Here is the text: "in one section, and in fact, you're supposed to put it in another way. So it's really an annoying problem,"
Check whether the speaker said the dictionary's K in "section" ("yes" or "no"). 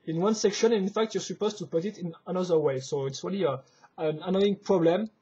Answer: yes